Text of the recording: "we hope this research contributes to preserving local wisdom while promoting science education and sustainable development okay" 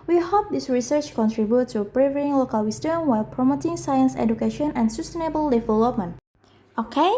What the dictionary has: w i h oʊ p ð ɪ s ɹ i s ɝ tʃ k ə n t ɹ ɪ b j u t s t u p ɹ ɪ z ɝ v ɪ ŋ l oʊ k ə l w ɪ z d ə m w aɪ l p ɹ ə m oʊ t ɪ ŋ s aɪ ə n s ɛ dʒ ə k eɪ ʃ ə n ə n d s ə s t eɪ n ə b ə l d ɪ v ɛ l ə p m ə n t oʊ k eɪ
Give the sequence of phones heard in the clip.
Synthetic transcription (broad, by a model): w i h oʊ p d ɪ s ɹ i s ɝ tʃ k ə n t ɹ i b j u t t u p ɹ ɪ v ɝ ɪ ŋ l oʊ k ə l w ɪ s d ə m w aɪ l p ɹ ə m oʊ t ɪ ŋ s aɪ ə n s ɛ dʒ ə k eɪ ʃ ə n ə n s ə s t eɪ n ə b ə l d ɪ v ɛ l ə p m ə n t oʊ k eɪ